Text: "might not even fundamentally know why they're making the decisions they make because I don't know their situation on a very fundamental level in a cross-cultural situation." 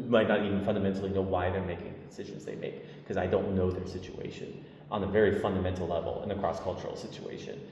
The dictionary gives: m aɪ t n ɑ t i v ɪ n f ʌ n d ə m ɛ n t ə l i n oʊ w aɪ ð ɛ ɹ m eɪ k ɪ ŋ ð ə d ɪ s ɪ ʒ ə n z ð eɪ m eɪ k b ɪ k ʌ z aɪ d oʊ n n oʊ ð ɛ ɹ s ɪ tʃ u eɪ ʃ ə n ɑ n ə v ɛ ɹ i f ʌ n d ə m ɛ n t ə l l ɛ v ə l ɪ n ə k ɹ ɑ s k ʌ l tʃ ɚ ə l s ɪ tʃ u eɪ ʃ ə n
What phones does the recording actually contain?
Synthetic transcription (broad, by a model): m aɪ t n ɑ t i v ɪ n f ʌ n d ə m ɛ n t l i n oʊ w aɪ ð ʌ ɹ m eɪ k ɪ ŋ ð d ɪ s ɪ ʒ ə n z ð eɪ m eɪ ɪ k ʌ z aɪ d oʊ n n oʊ ð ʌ ɹ s ɪ tʃ u eɪ ʃ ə n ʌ n ə v ɛ ɹ i f ʌ n d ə m ɛ n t l l ɛ v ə l ɪ n ə k ɹ ɑ s k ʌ l tʃ ɚ l s ɪ tʃ u eɪ ʃ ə n